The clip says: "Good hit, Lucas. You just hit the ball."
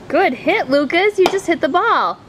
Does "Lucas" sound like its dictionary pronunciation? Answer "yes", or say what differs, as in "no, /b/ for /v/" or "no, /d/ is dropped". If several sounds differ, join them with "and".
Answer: yes